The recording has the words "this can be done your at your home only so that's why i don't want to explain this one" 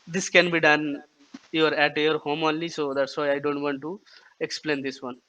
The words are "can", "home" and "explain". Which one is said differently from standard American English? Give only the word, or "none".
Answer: none